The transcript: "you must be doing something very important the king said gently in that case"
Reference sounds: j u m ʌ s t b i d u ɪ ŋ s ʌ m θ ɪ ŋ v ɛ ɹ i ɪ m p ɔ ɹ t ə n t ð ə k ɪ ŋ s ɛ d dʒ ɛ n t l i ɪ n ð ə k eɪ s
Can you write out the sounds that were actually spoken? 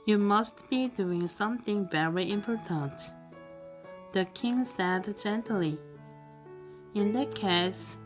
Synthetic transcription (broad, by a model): j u m ʌ s t b i d u ɪ ŋ s ʌ m θ ɪ ŋ v ɛ ɹ i ɪ m p ɔ ɹ t ə n t ð ə k ɪ ŋ s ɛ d dʒ ɛ n t l i ɪ n ð ə k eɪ s